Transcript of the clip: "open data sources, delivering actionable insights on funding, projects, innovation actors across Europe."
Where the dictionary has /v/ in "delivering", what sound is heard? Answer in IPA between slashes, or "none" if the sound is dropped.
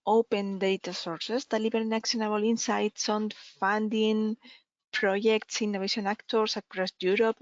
/b/